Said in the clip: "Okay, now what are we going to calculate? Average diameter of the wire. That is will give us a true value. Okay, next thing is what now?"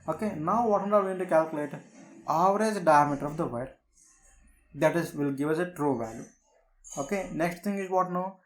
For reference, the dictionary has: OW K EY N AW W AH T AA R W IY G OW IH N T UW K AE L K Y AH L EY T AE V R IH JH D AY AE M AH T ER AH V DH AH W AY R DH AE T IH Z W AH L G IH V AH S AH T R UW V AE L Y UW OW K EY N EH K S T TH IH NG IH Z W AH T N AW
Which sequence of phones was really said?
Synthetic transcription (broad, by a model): OW K EY N AW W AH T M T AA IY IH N T UW K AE L K Y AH L EY T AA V R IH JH D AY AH M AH T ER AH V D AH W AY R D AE T IH Z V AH L G IH V AH S AH T R UW V AE L Y UW OW K EY N EH K S T T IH NG IH Z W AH T N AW